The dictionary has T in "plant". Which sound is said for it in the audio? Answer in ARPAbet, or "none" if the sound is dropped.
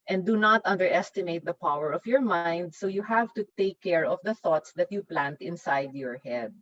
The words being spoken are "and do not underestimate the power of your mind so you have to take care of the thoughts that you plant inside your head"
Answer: T